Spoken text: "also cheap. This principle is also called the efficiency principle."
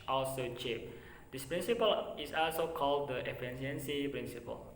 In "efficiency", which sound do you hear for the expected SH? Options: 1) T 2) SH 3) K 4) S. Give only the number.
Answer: 4